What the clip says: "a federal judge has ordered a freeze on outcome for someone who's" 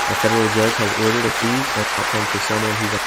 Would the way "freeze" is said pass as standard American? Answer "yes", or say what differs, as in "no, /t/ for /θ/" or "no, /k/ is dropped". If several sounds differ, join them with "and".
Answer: no, /ɹ/ is dropped